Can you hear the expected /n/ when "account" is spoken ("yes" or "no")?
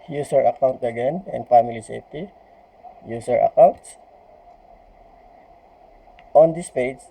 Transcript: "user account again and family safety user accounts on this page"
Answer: yes